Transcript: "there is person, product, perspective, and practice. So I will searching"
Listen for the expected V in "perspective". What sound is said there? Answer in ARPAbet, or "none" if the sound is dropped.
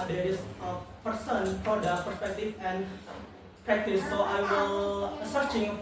F